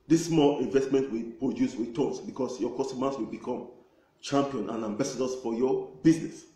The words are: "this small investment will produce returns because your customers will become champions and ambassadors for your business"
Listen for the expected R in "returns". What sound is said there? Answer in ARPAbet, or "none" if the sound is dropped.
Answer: W